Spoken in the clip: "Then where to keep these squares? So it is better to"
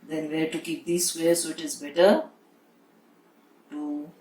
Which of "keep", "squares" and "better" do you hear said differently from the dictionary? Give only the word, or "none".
squares